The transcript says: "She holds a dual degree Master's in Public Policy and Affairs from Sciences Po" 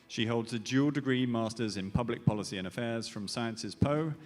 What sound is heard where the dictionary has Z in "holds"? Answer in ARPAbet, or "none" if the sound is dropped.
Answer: Z